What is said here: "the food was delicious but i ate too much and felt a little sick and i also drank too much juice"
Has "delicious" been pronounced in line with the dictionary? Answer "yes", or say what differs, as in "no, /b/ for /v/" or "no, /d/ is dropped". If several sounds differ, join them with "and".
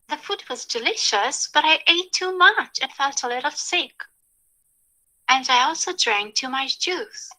yes